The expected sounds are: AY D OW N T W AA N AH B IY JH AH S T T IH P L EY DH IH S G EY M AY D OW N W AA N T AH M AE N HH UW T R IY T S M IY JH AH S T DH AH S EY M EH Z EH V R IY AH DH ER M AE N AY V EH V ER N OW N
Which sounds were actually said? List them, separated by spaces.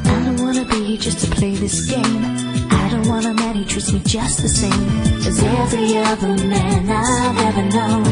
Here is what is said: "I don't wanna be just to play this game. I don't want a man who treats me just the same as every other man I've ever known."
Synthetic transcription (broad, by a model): AY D OW N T W AA N AH B IY JH AH S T T IH P L EY DH IH S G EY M AY D OW N W AA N AH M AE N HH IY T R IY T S M IY JH AH S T DH AH S EY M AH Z EH V R IY AH DH ER M AE N AY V EH V ER N OW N